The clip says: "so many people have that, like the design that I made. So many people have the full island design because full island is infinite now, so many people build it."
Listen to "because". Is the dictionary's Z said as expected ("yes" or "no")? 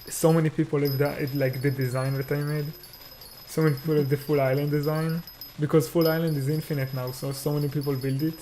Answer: yes